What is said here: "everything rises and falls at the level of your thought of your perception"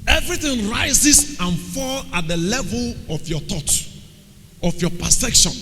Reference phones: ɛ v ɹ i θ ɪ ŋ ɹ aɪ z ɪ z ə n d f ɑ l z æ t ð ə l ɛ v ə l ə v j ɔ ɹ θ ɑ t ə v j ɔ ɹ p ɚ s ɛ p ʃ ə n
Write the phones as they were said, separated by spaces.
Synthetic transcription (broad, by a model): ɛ v ɹ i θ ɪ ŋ ɹ aɪ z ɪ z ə n f ɑ l ɑ t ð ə l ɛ v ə l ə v j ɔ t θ ɑ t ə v j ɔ p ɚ s ɛ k ʃ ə n